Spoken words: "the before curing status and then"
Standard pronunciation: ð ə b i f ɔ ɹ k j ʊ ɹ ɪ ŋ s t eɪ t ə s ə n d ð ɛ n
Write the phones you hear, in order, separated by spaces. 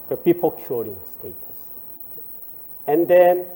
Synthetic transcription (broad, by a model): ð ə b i p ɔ l k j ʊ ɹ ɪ ŋ s t eɪ t ə s ə n d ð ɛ n